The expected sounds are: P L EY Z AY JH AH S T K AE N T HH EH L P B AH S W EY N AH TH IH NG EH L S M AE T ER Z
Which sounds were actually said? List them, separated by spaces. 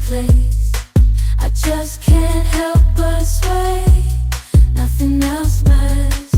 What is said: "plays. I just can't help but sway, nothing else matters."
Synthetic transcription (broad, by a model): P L EY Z AY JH AH S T K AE N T HH EH L P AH S W EY N AH TH IH NG EH L S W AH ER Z